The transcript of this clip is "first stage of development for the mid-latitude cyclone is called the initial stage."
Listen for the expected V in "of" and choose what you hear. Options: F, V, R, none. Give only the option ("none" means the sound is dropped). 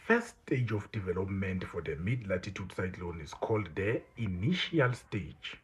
F